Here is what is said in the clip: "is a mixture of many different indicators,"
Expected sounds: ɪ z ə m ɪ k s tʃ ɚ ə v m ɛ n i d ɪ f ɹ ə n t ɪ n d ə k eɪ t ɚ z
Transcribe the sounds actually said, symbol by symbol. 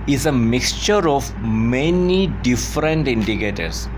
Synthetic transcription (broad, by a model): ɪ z ə m ɪ k s tʃ ɚ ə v m ɛ n i d ɪ f ɹ ə n t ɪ n d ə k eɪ t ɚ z